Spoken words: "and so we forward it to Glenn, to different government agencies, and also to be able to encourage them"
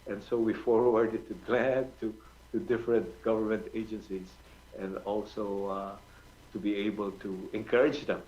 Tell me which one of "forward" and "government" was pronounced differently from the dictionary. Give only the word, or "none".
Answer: none